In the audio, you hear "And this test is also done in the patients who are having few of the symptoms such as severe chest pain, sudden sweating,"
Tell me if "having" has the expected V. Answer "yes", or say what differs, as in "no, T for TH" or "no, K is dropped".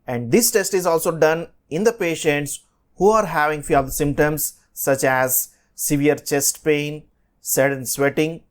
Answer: yes